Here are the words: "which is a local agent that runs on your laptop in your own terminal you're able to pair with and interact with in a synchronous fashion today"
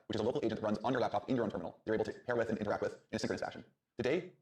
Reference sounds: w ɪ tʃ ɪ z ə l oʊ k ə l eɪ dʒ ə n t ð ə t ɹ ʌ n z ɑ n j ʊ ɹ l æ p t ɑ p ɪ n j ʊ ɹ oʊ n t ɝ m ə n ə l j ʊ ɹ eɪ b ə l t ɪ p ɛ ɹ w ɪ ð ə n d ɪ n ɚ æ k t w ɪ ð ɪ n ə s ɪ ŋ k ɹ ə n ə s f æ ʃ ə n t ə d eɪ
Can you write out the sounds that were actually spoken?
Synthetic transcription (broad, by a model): w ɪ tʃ ɪ z ə l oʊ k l eɪ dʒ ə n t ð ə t ɹ ʌ n z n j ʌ ɹ l æ p t ɑ p ɪ n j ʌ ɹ oʊ n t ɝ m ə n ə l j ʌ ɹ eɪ ə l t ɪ p ɛ ɹ w ɪ ð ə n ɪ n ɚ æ k t w ɪ ð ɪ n ə s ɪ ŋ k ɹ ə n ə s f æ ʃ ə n t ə d eɪ